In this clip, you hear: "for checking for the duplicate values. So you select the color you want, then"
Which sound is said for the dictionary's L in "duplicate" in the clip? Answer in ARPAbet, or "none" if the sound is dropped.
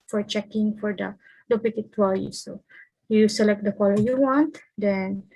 none